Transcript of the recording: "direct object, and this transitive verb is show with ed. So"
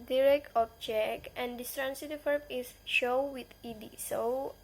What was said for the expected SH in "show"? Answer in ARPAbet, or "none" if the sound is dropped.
SH